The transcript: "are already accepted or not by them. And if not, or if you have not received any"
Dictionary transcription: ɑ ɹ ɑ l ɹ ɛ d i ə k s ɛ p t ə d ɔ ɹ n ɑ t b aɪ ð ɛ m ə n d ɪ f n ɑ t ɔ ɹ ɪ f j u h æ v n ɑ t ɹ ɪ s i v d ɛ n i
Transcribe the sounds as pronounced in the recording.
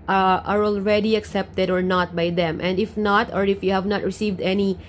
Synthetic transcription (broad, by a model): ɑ ɹ ɑ l ɹ ɛ d i ə k s ɛ p t ə d ɔ ɹ n ɑ t b aɪ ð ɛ m ə n d ɪ f n ɑ t ɔ ɹ ɪ f j u h æ v n ɑ t ɹ ɪ s i v d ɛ n i